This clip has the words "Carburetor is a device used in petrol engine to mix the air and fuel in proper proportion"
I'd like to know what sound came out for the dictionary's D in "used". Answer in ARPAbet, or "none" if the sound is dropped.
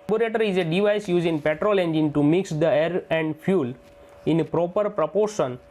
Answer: none